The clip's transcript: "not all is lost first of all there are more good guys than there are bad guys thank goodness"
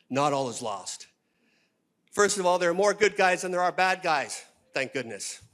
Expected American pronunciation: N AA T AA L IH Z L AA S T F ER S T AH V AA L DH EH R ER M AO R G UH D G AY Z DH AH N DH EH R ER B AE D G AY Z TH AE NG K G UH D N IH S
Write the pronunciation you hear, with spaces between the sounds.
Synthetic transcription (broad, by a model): N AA T AA L IH Z L AA S T F ER S T AH V AA L DH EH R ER M AO R G UH D G AY Z DH AH N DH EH R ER B AE D G AY Z TH AE NG K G UH D N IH S